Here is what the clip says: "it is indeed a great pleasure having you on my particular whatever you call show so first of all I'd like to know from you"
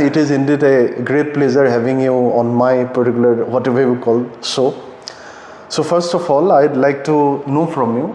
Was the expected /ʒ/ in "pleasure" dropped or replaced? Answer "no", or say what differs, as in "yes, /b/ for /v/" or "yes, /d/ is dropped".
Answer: yes, /z/ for /ʒ/